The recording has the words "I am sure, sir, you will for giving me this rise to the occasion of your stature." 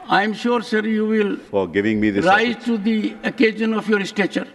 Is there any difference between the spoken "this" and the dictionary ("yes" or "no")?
yes